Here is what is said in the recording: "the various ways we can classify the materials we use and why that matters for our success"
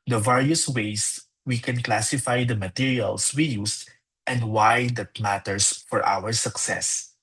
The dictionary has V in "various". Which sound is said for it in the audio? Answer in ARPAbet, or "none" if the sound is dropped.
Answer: V